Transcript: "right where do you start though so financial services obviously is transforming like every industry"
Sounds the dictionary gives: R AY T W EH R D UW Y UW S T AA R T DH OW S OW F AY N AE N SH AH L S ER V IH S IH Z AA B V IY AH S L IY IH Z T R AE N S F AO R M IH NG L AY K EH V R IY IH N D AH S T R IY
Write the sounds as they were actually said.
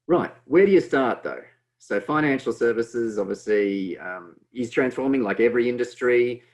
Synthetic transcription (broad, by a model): R AY T W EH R D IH Y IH S T AA R T DH OW S OW F AY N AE N SH L S ER V IH S IH Z AA B V IY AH S L IY IH Z T R AE N S F AO R M IH NG L AY K EH V R IY IH N D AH S T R IY